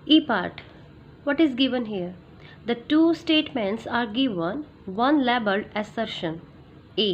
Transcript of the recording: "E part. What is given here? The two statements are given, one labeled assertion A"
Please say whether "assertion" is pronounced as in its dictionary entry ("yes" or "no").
yes